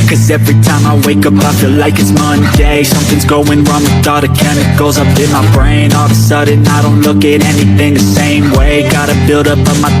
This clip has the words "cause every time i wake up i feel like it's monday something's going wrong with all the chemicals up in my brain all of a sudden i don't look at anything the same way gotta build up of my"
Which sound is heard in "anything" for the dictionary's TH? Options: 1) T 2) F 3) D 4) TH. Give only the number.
4